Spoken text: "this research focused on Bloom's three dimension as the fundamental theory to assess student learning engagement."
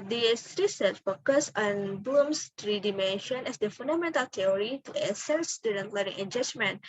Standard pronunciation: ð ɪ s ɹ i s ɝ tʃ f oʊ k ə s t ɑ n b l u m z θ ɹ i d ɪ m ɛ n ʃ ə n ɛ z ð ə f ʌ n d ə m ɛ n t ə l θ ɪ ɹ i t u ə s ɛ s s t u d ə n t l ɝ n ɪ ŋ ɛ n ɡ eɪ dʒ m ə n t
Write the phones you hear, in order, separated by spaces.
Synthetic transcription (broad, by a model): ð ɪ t ɹ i s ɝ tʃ f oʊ k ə s ɑ n b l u m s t ɹ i d ɪ m ɛ n ʃ ə n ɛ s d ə f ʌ n d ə m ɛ n t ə l t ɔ ɹ i t u ə s ɛ s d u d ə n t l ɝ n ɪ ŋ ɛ n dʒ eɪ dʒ m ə n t